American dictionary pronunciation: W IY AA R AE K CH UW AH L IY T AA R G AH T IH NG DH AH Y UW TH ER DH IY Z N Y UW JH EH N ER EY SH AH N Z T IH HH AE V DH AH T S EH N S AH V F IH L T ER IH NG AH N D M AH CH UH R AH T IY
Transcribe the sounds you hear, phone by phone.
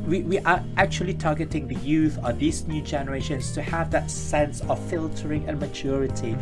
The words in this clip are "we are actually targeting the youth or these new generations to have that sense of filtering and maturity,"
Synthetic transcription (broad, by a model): W IY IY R AE K CH UW AH L IY T AA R G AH T IH NG DH AH Y UW TH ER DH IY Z N Y UW JH EH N ER EY SH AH N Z T IH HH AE V DH AH T S EH N S AH V F IH L T ER IH NG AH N M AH CH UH R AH T IY